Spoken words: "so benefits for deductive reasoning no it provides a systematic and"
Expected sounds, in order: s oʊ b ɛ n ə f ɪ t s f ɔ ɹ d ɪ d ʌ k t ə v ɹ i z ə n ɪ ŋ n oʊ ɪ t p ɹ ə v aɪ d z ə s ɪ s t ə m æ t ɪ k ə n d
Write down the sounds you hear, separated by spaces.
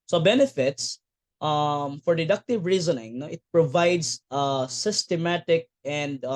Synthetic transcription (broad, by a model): s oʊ b ɛ n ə f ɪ t s f ɔ ɹ d ɪ d ʌ k t ə v ɹ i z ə n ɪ ŋ n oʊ ɪ t p ɹ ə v aɪ d s ə s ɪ s t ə m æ t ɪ k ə n d